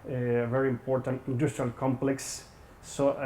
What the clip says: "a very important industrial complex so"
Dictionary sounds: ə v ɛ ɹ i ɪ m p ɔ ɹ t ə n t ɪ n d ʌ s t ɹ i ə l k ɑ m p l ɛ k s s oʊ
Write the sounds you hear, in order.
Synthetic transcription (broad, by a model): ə v ɛ ɹ i ɪ m p ɔ ɹ t ə n t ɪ n d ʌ s t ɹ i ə l k ɑ m p l ɛ k s s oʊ